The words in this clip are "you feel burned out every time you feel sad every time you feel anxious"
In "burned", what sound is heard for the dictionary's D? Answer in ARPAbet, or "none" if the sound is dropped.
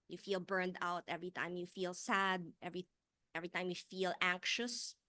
D